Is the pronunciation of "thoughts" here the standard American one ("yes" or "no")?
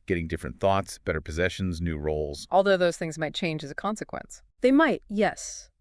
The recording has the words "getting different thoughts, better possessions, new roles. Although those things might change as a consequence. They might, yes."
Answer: yes